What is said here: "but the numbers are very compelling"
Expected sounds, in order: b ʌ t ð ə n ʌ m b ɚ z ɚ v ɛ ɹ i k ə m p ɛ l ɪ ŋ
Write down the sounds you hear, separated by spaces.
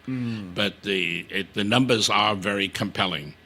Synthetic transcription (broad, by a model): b ʌ t ð ə n ʌ m b ɚ z ɚ v ɛ ɹ i k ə m p ɛ l ɪ ŋ